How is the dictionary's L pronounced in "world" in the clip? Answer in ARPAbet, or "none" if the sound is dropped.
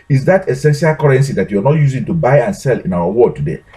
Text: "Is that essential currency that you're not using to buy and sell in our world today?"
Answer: none